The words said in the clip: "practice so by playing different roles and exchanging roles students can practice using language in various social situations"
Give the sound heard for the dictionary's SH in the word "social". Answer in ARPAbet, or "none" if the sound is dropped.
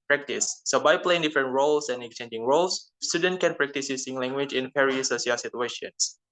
none